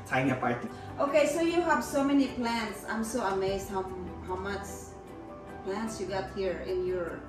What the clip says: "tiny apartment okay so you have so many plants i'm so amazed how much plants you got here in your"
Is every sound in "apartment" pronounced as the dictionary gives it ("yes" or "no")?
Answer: no